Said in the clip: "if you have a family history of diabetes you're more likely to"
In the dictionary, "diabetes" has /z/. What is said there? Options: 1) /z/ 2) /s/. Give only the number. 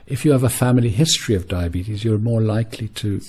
1